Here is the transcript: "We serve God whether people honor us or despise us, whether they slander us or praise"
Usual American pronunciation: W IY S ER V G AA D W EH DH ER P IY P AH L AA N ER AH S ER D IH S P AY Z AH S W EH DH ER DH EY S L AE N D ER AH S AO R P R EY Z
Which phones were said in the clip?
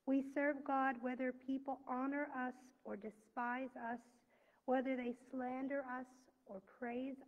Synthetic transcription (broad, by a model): W IY S ER V G AA D W EH DH ER P IY P L AA N ER AH S ER D IH S P AY Z AH S W EH DH ER DH EY S L AE N D ER AH S AO R P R EY Z